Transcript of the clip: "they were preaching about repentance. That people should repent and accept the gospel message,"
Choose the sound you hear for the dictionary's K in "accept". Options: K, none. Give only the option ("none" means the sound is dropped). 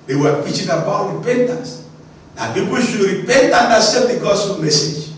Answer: none